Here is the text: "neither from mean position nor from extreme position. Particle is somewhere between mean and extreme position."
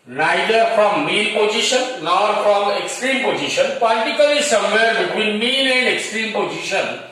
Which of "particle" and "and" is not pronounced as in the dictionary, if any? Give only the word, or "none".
particle